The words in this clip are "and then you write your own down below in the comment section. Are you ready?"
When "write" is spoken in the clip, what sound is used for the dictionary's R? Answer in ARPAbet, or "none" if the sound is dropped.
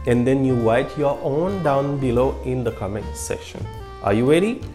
W